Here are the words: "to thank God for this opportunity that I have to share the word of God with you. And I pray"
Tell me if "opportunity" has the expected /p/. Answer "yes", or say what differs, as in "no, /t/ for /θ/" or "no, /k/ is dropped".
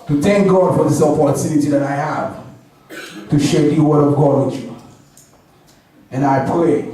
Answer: no, /f/ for /p/